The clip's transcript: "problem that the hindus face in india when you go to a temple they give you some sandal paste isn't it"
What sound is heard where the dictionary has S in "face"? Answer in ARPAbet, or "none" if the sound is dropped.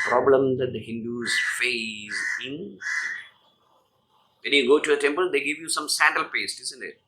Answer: none